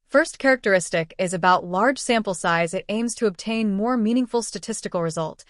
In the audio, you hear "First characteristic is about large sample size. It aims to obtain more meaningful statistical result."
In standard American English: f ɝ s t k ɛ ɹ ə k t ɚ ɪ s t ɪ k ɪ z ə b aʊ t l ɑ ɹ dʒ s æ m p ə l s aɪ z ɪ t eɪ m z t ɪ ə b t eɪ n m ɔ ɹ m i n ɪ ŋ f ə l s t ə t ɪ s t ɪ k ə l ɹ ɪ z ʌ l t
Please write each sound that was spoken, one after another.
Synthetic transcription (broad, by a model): f ɝ s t k ɛ ɹ ə k t ɚ ɪ s t ɪ k ɪ z ə b aʊ t l ɑ ɹ dʒ s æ m p l s aɪ z ɪ t eɪ m z t ɪ ə b t eɪ n m ɔ ɹ m i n ɪ ŋ f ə l s t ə t ɪ s t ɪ k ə l ɹ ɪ z ʌ l t